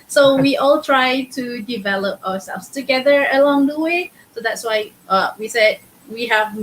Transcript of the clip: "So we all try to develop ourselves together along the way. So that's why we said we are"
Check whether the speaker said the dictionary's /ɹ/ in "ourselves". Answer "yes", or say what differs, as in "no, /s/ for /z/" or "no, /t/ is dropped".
no, /w/ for /ɹ/